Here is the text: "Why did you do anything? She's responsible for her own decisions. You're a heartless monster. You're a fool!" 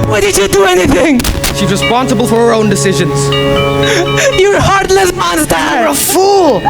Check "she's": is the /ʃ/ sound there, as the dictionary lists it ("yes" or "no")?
yes